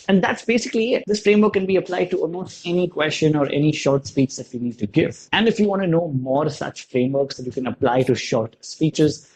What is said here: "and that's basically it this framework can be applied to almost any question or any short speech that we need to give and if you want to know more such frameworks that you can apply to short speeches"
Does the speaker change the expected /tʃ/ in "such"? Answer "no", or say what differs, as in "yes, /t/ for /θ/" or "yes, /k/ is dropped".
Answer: no